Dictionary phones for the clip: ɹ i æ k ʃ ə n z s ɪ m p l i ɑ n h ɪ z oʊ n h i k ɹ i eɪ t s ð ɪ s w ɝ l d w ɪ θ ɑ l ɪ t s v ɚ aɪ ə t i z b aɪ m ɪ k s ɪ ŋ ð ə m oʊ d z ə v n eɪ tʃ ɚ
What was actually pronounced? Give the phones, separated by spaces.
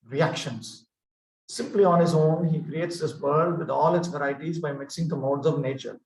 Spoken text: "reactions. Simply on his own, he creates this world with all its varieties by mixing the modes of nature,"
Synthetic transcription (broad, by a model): ɹ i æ k ʃ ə n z s ɪ m p l i ɑ n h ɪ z oʊ n h i k ɹ i eɪ t s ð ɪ s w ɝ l d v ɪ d ɑ l ɪ t s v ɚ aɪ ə t i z b aɪ m ɪ k s ɪ ŋ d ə m oʊ d z ə v n eɪ tʃ ɚ